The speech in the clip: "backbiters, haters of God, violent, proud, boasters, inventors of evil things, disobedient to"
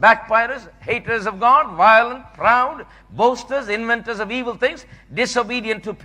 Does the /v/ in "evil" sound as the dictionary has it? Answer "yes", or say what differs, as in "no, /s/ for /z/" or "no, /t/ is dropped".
yes